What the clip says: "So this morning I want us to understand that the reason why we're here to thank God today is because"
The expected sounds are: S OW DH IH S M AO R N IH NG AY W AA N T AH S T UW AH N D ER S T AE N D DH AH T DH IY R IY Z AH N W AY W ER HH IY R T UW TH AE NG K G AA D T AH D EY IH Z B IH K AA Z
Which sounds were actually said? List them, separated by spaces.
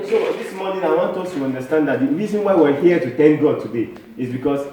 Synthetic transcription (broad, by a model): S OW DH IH S M AO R N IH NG AY W AA N T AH S T UW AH N D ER S T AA N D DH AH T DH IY R IY Z AH N W AY W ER HH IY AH T UW T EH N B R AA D T AH D EY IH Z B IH K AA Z